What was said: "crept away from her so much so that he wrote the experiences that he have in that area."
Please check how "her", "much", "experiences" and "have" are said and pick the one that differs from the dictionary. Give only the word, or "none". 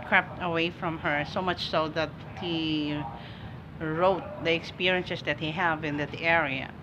experiences